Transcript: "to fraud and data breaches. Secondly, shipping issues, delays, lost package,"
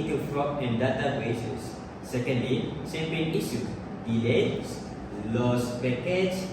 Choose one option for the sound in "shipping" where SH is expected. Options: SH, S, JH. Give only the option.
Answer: S